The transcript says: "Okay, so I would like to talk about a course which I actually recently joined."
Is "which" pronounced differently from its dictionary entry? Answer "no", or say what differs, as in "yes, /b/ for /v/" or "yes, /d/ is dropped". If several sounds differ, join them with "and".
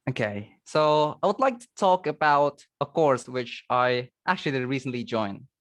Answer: no